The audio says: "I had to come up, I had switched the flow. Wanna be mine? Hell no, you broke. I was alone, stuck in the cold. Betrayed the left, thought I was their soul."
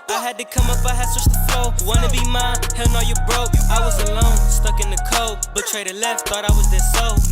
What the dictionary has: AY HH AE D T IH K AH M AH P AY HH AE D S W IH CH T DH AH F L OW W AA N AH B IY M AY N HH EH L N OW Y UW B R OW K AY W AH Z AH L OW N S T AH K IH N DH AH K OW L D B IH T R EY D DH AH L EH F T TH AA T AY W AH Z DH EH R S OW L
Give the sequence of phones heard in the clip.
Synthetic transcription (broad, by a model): AY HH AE D T IH K AH M AH P AY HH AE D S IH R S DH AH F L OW W AA N AH B IY M AY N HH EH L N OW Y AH B R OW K AY W AH Z AH L OW N S T AH K IH N DH AH K OW D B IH T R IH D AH L EH F T TH AA T AY W AH Z DH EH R S OW